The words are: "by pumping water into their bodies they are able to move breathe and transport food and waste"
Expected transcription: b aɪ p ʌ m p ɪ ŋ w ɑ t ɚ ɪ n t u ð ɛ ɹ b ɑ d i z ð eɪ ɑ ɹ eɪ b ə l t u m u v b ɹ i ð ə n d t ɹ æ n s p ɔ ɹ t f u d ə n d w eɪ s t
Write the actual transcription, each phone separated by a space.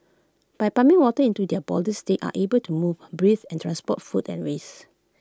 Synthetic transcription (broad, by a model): b aɪ p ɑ m ɪ ŋ w ɑ t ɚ ɪ n t u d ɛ b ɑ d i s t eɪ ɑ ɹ eɪ b ə l t u m u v b ɹ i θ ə n t ɹ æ n s p ɔ t f u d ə n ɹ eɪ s